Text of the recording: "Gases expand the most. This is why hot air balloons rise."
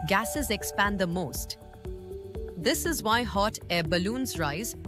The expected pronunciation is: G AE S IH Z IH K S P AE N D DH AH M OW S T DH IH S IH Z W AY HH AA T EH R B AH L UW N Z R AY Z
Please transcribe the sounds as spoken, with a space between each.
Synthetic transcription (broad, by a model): G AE S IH Z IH K S P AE N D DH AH M OW S T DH IH S IH Z W AY HH AA T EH B AH L UW N Z R AY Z